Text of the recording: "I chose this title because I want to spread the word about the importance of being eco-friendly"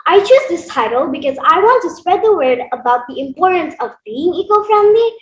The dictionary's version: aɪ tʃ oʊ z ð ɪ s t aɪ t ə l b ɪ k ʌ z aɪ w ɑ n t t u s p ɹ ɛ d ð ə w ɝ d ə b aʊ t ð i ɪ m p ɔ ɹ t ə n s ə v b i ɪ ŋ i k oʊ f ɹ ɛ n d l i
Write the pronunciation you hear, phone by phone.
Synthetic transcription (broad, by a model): aɪ tʃ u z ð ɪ s t aɪ t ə l b ɪ k ʌ z aɪ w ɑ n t t u s p ɹ ɛ d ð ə w ɝ d ə b aʊ t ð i ɪ m p ɔ ɹ t ə n s ə v b i ɪ ŋ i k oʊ f ɹ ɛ n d l i